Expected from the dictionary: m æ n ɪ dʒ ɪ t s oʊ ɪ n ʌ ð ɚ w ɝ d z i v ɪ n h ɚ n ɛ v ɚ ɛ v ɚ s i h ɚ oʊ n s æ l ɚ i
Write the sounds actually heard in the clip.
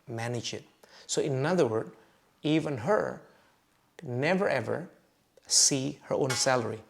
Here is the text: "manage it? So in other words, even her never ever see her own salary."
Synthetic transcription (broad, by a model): m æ n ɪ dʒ ɪ t s oʊ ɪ n ʌ ð ɚ w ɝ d i v ɪ n h ɚ n ɛ v ɚ ɛ v ɚ s i h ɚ oʊ n s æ l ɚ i